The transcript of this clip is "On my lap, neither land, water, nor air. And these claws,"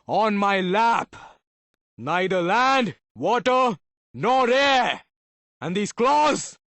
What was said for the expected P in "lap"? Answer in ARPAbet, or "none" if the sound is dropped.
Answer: P